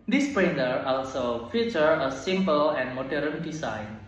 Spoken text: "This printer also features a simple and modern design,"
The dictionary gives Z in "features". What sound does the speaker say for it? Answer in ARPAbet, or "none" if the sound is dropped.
none